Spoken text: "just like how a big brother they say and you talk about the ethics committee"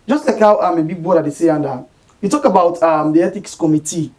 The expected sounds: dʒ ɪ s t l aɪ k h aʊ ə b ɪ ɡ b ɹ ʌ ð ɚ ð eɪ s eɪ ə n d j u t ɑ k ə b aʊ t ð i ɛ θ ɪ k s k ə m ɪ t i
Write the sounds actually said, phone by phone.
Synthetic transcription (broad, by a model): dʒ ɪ s t l aɪ k h aʊ ə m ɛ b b ɔ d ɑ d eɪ s eɪ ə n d j u t ɑ k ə b aʊ t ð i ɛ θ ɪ k s k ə m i t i